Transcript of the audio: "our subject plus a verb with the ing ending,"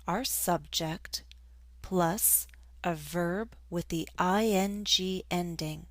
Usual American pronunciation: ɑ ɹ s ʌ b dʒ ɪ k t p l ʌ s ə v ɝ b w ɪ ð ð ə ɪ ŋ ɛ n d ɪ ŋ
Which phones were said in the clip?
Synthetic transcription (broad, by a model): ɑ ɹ s ʌ b dʒ ɪ k t p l ʌ s ə v ɝ b w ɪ ð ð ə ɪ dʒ ɛ n d ɪ ŋ